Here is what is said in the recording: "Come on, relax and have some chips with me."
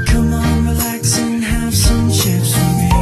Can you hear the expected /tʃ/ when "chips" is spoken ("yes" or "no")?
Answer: no